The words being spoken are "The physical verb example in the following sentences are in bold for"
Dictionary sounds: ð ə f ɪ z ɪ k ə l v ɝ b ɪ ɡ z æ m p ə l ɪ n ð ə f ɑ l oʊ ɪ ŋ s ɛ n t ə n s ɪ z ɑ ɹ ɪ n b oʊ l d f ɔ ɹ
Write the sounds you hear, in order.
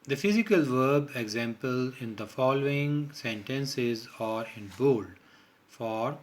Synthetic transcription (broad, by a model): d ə f ɪ z ɪ k ə l v ɝ b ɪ ɡ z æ m p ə l ɪ n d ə f ɑ l oʊ ɪ ŋ s ɛ n t ə n s ɪ z ɑ ɹ ɪ n b oʊ l d f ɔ ɹ